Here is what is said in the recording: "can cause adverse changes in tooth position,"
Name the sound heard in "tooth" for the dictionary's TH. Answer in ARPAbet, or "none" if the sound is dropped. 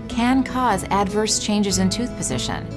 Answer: TH